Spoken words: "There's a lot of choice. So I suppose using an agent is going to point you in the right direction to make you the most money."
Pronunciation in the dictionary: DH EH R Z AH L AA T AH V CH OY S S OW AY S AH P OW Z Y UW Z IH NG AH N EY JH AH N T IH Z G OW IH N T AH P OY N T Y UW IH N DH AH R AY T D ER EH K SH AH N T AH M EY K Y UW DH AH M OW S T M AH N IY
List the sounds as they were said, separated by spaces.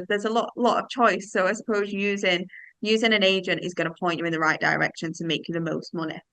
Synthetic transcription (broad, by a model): DH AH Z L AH L AA T AH V CH OY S S OW AY S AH P OW Z Y UW Z IH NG AH N EY JH AH N T IH Z G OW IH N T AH P OY N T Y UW IH N DH AH R AY T D ER EH K SH AH N T AH M EY K Y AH DH AH M OW S T M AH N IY